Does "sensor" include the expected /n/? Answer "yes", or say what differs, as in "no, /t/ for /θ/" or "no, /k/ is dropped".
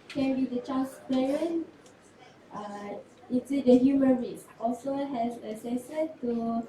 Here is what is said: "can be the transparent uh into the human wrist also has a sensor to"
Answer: no, /n/ is dropped